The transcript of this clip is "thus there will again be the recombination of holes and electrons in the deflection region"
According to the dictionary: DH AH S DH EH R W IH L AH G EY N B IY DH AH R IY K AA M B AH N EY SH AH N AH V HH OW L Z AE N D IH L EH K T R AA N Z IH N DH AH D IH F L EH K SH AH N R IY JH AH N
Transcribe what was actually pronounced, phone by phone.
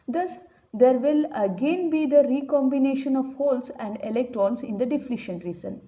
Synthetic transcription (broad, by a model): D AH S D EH R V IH L AH G EY N B IY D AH R IY K AA M B AH N EY SH AH N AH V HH OW L S AE N D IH L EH K T R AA N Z IH N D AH D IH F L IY SH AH N R IY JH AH N